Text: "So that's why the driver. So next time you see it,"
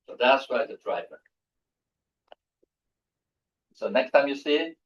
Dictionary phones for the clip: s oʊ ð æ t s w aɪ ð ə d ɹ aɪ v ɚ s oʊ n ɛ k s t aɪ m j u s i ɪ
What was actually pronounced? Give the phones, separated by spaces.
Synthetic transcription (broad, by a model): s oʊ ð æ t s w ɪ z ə d ɹ aɪ v ɚ s oʊ n ɛ k s t aɪ m j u s i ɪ